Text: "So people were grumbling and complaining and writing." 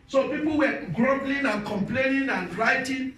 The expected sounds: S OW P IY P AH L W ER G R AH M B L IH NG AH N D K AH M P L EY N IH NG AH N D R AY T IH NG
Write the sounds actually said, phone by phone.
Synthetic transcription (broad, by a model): S OW P IY P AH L W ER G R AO B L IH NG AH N K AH M P L EY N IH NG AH N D R AY T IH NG